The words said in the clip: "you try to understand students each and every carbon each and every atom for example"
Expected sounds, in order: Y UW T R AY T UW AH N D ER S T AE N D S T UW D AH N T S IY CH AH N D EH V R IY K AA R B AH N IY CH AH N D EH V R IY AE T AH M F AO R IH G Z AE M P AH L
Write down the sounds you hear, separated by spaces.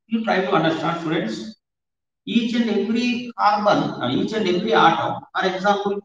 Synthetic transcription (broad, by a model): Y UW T AY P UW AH N D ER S T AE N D S T UW D AH N T S IY CH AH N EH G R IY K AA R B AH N IY CH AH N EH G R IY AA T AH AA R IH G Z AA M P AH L